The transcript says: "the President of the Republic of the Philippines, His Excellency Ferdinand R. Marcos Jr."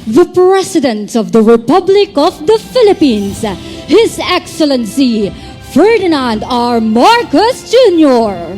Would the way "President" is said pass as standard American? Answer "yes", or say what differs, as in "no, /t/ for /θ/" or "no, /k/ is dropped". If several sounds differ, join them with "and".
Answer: no, /s/ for /z/